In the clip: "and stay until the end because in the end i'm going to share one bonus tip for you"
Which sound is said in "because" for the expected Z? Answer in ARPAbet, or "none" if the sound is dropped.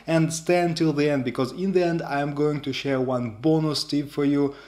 Z